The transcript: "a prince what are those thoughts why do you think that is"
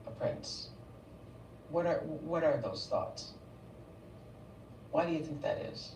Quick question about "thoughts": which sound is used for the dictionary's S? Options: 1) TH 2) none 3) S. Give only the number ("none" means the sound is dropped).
3